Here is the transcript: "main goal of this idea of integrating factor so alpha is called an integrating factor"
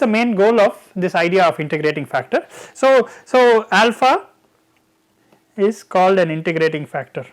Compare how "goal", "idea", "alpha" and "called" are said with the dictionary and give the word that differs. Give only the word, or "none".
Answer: none